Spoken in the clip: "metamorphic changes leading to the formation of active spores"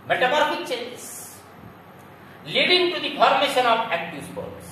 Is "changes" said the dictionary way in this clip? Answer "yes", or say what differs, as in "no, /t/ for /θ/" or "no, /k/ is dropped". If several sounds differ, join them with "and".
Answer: no, /dʒ/ is dropped